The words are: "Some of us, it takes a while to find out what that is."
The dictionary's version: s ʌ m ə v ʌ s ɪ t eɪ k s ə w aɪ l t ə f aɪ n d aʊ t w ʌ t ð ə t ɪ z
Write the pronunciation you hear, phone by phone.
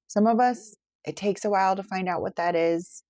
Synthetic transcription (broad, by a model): s ʌ m ə v ʌ s ɪ t eɪ k s ə w aɪ l t ə f aɪ n d aʊ t w ʌ t ð ə t ɪ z